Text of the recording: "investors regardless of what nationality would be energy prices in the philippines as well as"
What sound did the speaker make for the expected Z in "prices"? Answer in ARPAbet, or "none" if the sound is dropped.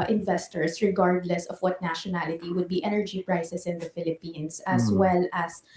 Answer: S